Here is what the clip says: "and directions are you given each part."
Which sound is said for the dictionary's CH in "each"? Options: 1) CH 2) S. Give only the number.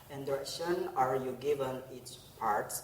2